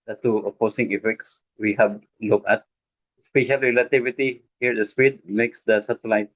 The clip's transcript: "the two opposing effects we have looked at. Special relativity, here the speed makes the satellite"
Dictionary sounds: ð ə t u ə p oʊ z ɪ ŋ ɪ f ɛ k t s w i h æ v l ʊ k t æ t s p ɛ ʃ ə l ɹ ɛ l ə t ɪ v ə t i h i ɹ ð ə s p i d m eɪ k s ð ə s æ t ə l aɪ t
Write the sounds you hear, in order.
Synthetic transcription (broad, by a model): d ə t u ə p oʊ s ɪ ŋ ɪ f ɛ k t s w i h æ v l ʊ k ɑ t s p ɛ ʃ ə l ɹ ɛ l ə t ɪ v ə t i h i ɹ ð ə s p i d m eɪ k s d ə s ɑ t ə l aɪ t